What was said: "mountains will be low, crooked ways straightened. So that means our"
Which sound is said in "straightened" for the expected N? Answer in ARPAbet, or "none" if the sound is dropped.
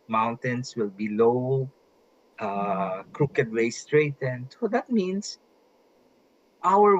N